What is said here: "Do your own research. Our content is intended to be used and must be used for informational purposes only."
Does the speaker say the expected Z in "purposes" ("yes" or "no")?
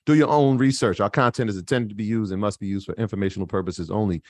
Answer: yes